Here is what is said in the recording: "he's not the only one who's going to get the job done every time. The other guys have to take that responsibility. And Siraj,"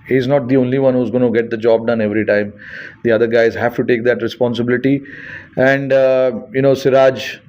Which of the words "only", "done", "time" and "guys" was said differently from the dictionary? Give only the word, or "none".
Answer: none